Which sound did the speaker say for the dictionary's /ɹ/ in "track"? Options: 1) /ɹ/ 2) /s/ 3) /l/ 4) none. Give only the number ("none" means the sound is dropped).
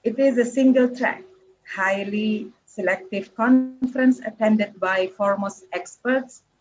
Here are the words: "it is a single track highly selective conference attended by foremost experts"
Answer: 1